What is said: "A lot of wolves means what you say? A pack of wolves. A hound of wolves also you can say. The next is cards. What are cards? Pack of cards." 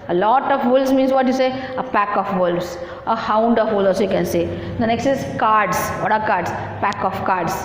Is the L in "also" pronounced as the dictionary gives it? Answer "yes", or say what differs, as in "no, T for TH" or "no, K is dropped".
no, L is dropped